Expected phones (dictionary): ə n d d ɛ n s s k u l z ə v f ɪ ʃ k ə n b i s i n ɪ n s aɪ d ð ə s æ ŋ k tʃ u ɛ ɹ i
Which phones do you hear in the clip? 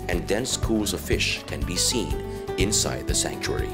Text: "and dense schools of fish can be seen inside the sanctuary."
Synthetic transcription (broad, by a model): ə n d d ɛ n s s k u l z ə v f ɪ ʃ k ə n b i s i n ɪ n s aɪ d ð ə s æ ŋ k tʃ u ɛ ɹ i